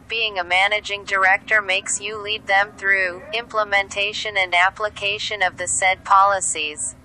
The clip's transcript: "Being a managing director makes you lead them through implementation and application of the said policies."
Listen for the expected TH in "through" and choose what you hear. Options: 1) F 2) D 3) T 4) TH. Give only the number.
4